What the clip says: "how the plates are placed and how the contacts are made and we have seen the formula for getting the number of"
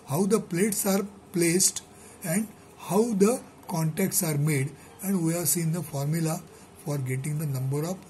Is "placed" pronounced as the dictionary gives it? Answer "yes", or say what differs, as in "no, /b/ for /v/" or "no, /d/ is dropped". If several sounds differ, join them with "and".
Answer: yes